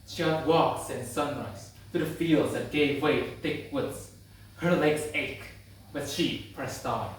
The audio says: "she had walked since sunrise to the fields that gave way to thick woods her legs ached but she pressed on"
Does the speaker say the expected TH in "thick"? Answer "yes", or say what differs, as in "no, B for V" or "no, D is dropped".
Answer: yes